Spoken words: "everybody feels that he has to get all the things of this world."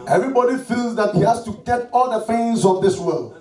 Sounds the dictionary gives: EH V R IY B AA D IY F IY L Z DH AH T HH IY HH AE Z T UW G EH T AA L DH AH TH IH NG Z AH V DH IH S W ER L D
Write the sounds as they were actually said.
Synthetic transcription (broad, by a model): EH V R IY B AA D IY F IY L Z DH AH T HH IY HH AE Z T UW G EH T AA L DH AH F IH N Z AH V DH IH S W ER L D